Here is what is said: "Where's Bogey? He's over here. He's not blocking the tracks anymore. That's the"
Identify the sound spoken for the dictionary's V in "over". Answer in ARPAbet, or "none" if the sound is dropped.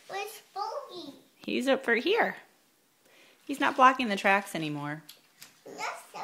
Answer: F